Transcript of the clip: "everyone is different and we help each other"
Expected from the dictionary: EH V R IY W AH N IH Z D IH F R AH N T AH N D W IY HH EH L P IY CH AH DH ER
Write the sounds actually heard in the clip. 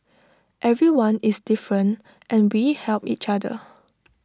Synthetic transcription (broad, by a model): EH V R IY W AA N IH S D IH F R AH N T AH N W IY HH EH L P IY CH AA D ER